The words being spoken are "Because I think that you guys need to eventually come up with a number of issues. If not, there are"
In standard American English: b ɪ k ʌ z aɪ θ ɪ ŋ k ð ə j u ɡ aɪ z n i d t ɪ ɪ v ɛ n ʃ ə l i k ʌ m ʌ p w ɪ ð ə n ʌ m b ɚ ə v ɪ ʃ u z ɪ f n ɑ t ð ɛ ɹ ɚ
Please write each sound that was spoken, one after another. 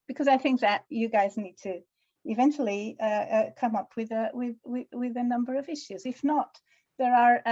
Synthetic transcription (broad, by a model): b ɪ k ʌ z aɪ θ ɪ ŋ k ð ə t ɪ ɡ aɪ z n i d t ɪ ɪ v ɛ n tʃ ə l i k ʌ m ʌ p w ɪ ð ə n ʌ m b ɚ ə v ɪ ʃ u z ɪ f n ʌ t ð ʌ ɹ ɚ